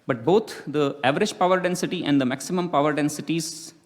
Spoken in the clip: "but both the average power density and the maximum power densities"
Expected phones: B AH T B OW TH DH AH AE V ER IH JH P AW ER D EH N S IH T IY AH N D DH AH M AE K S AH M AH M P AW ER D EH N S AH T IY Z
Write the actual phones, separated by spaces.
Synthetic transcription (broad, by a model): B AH T B OW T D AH AE V ER IH JH P AW ER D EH N S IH T IY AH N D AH M AE K S AH M AH M P AW ER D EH N S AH T IY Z